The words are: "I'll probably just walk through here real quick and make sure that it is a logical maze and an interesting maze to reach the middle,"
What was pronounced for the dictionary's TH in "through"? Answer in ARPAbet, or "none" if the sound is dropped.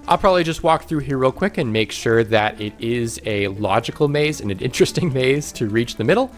TH